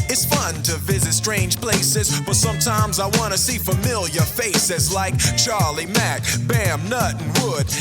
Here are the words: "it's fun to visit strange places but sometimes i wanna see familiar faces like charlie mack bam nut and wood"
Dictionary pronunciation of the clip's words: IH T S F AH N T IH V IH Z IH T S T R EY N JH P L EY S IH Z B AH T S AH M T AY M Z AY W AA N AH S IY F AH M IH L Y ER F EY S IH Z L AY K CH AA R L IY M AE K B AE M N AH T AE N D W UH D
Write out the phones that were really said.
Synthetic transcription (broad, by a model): IH T S F AH N T IH V IH Z IH T S T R EY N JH P L EY S IH Z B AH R S AH M T AY M Z AY W AA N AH S IY F AH M IH L Y ER F EY S IH Z L AY K CH AA R L IY M AE K B AE M N AH T N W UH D